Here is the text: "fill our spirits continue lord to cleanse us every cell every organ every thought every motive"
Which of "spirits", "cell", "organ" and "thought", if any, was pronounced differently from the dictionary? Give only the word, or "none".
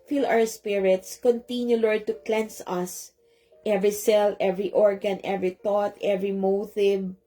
thought